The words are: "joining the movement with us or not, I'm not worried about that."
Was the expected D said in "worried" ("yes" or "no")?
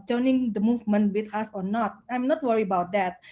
no